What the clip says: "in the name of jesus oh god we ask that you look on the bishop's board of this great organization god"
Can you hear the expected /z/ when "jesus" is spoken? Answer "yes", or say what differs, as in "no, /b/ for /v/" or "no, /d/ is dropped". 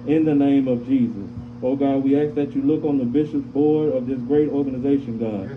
yes